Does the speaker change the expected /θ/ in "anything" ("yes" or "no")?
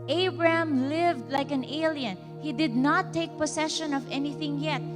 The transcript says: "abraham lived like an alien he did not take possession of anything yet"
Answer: no